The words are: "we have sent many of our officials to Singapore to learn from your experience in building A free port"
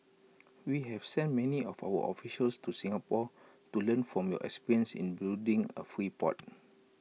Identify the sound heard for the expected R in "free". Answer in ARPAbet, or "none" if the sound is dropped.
R